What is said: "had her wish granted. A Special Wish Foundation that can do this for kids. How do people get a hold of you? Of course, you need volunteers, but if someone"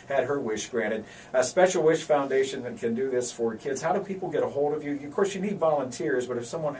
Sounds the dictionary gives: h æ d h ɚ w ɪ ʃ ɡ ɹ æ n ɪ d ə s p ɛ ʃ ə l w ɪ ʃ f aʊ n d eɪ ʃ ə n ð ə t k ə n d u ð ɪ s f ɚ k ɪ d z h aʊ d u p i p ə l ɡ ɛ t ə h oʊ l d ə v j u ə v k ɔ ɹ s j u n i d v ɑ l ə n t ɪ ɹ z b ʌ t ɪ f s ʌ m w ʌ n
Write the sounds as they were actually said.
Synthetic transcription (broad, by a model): h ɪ d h ɚ w ɪ ʃ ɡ ɹ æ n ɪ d ə s p ɛ ʃ l w ɪ ʃ f aʊ n d eɪ ʃ ə n ð ə t k ə n d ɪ ð ɪ s f ɚ k ɪ d z h aʊ d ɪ p i p l ɡ ɛ t ə h oʊ l d ə v j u ə v k ɔ ɹ s j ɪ n i d v ɑ l ə n t ɪ ɹ z b ʌ t ɪ f s ʌ m w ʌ n